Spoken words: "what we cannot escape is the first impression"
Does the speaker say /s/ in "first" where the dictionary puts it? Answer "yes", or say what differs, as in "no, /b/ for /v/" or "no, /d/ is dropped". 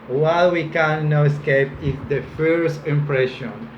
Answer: yes